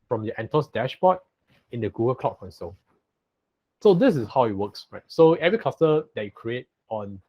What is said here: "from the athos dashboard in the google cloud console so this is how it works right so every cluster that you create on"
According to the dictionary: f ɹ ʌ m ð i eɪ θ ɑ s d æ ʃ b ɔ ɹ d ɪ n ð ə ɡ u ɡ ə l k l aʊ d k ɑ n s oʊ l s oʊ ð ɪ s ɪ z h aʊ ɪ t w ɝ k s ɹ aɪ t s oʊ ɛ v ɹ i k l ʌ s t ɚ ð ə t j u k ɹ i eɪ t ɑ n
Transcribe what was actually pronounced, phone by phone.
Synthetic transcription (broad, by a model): f ɹ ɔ m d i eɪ t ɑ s d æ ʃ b ɔ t ɪ n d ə ɡ u ɡ ə l k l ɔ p k ɑ n s oʊ l s oʊ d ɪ s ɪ s h aʊ ɪ t w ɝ k s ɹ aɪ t s oʊ ɛ v ɹ i k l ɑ s t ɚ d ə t j u k ɹ i eɪ t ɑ n